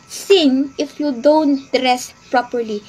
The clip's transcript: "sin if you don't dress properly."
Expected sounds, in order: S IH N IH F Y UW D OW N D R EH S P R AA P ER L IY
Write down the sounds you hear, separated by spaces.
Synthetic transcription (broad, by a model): S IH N IH F Y UW D OW N D R EH S P R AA P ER L IY